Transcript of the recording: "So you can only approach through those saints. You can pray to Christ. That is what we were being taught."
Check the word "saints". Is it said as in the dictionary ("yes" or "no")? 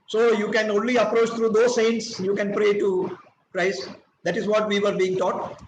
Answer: yes